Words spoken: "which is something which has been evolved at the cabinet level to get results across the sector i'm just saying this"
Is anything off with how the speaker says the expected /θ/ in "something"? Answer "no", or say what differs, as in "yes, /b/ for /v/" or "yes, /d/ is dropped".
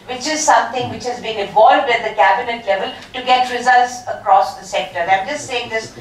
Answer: yes, /t/ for /θ/